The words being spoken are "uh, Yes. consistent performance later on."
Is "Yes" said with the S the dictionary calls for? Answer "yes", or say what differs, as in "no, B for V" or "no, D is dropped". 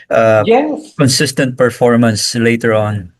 no, S is dropped